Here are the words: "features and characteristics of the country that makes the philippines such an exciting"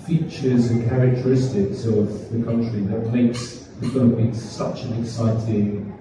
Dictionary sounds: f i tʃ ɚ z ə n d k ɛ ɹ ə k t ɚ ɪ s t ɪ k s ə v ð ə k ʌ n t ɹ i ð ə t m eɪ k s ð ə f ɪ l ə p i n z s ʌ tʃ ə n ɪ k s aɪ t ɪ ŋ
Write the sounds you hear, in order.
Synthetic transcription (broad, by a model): f i tʃ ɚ z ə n k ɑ ɹ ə k t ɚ ɪ s t ɪ k s ə v ð ə k ʌ n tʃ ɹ i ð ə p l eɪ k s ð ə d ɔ ə b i s ʌ tʃ ə n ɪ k s aɪ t ɪ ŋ